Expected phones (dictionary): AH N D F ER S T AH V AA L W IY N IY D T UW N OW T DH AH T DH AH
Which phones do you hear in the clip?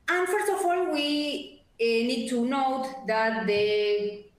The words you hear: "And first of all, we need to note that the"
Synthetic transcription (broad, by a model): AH N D F ER S T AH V AA L W IY N IY D T UW N OW T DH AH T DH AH